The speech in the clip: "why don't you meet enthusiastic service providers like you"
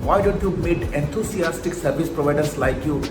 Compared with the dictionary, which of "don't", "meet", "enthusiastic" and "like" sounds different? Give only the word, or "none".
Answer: enthusiastic